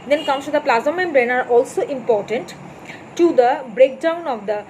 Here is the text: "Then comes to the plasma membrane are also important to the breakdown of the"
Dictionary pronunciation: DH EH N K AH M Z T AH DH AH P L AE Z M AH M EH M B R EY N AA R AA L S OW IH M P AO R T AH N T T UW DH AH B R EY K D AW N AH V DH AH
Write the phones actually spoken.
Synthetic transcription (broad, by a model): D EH N K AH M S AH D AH P L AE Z AH M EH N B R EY N AA R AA L S OW IH M P AO R T AH N T T UW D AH B R EY K D AW N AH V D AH